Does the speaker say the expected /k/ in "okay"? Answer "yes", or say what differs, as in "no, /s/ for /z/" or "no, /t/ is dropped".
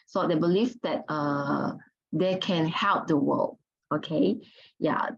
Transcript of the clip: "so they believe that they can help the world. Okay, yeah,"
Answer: yes